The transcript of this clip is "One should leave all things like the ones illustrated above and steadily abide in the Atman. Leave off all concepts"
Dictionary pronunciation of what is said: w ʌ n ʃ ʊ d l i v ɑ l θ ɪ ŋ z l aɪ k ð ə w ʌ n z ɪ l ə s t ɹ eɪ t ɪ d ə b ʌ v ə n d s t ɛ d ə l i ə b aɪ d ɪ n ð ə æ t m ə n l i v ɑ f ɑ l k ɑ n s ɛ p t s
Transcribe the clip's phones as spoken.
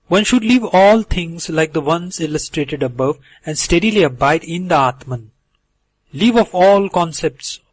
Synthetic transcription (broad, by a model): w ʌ n ʃ ʊ d l i v ɑ l t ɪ ŋ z l aɪ k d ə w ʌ n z ɪ l ə s t ɹ eɪ t ɪ d ə b ʌ v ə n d s t ɛ d ə l i ə b aɪ d ɪ n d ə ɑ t m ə n l i v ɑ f ɑ l k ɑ n s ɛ p t s